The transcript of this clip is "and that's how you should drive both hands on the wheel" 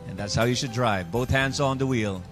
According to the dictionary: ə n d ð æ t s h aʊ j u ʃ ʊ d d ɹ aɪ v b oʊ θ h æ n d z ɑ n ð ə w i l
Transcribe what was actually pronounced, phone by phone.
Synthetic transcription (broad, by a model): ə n ð æ t s h aʊ j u ʃ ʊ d d ɹ aɪ v b oʊ θ h æ n d z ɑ n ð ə w i l